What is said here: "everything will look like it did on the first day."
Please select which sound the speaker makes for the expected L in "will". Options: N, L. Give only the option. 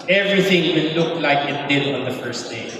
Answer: N